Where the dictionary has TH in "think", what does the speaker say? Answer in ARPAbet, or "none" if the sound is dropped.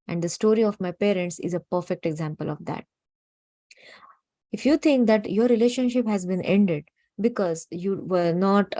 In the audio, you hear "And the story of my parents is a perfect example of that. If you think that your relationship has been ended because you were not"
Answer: T